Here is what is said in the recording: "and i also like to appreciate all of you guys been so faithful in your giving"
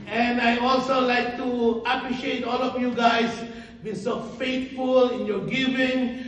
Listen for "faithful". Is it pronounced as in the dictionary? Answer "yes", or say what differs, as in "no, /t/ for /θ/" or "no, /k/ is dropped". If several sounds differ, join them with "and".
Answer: no, /t/ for /θ/